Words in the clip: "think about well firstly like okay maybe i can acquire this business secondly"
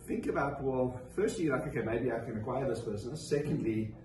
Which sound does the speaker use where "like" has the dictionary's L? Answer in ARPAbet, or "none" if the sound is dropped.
N